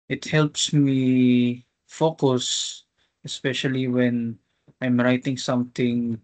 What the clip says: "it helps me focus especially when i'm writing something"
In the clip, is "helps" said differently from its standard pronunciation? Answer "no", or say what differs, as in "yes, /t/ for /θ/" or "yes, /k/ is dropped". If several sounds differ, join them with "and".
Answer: no